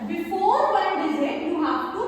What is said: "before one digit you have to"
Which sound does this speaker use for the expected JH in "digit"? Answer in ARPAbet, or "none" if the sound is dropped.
Z